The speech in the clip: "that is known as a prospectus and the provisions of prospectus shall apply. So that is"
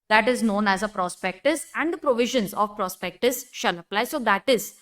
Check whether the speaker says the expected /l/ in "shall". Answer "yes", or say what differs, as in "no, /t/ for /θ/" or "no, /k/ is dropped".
no, /n/ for /l/